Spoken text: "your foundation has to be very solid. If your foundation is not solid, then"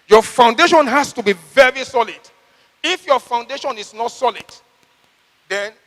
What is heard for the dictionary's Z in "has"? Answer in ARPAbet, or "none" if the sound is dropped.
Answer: S